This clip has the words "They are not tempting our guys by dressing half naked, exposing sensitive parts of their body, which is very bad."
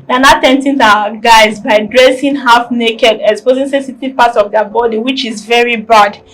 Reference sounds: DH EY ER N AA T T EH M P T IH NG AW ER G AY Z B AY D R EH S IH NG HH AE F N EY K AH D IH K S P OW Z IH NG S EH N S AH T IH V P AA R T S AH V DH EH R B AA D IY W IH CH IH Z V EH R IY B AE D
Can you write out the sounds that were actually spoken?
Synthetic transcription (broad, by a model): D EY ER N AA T T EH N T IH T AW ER G AY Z B AY D R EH S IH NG HH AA F N EY K AH D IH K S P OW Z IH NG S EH S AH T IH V P AA T S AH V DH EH B AA D IY W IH CH IH Z V EH R IY B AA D